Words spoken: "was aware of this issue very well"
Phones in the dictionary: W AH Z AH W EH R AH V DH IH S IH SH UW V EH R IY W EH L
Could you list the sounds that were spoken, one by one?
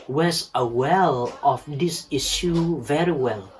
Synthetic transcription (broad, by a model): W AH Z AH W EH L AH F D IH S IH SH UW V EH R IY W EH L